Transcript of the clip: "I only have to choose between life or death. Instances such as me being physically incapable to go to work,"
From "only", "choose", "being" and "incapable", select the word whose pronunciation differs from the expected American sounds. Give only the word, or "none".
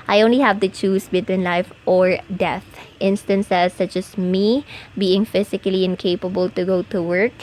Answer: choose